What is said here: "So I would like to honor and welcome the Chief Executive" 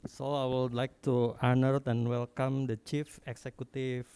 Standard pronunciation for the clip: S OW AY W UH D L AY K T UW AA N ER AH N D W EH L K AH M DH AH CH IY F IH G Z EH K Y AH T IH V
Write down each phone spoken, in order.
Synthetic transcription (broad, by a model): S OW AY W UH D L AY K T UW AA N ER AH N W EH L K AH M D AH CH IY F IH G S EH K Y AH T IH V